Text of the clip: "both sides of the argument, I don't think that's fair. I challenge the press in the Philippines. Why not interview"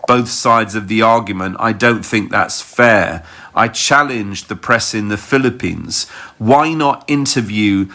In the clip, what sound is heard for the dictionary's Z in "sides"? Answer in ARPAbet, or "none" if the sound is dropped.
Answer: Z